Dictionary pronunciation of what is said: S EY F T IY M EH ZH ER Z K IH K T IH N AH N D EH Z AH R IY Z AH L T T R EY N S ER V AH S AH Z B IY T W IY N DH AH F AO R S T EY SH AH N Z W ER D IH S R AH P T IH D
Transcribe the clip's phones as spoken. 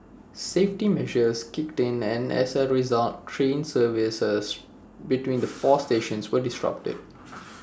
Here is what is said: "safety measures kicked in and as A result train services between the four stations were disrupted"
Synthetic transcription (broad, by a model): S EY F T IY M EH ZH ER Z K IH K T IH N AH N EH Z AH R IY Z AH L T T R EY N S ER V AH S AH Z B IY T W IY N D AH F AO S T EY SH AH N S W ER D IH S R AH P T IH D